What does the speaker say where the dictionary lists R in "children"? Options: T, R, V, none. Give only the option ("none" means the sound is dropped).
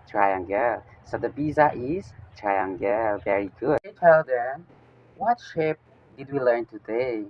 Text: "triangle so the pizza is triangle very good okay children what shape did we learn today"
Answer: none